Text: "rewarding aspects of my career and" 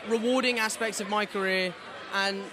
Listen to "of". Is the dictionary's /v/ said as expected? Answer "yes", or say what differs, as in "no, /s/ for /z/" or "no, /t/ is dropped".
yes